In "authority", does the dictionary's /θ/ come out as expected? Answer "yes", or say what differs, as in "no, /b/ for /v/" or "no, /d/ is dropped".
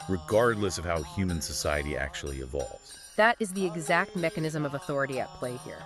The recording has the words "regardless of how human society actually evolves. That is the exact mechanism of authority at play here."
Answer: yes